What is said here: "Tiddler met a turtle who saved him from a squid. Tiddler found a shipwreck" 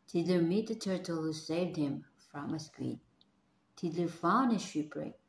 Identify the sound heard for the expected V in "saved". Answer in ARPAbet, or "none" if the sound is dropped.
V